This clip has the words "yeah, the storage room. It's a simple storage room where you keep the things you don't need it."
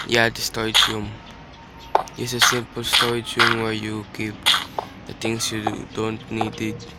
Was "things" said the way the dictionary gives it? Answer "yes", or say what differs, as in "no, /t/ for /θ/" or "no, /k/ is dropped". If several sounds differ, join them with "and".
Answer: no, /t/ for /θ/ and /s/ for /z/